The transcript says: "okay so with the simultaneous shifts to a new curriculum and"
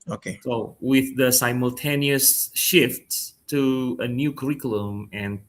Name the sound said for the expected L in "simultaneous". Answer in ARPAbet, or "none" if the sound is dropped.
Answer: L